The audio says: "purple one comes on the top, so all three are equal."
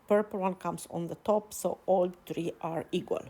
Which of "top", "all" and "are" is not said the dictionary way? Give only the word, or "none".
none